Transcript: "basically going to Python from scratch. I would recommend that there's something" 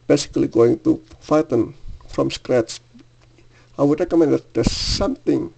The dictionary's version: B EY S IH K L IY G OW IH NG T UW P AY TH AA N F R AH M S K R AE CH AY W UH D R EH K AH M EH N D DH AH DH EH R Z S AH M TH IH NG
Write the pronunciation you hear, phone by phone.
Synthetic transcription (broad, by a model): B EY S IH K L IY G OW IH NG T UW F AY T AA N F R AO M S K R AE S AY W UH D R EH K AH M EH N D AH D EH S S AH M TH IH NG